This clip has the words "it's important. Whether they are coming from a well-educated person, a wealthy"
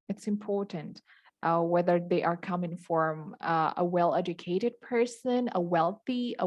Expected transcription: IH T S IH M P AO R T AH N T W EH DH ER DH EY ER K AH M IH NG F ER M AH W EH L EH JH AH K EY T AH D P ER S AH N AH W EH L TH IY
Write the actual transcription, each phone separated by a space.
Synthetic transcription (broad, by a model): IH T S IH M P AO R T AH N T W EH DH ER DH EY ER K AH M IH NG F ER M AH W EH L EH JH AH K EY T AH D P ER S AH N AH W EH L TH IY